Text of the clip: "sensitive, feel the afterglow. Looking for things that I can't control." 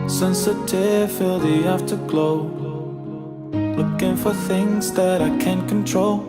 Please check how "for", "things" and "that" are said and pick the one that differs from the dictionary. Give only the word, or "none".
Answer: none